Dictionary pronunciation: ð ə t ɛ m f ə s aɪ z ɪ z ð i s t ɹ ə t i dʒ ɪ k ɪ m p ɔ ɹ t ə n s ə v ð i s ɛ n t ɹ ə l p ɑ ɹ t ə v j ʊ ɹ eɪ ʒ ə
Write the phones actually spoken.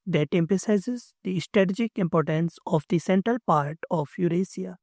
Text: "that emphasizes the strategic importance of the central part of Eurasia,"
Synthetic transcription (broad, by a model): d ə t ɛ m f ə s aɪ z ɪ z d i s t ɹ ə t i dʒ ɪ k ɪ m p ɔ ɹ t ə n s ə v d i s ɛ n t ɹ ə l p ɑ ɹ t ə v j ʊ ɹ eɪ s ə